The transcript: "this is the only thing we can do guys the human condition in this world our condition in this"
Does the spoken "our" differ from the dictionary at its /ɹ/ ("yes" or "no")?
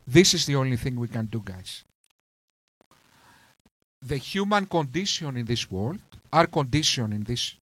no